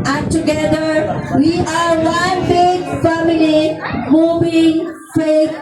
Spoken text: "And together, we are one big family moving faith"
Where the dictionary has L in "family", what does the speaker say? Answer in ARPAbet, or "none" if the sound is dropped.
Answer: L